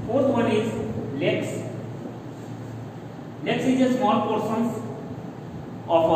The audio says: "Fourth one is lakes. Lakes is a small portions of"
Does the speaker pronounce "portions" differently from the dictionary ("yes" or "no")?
yes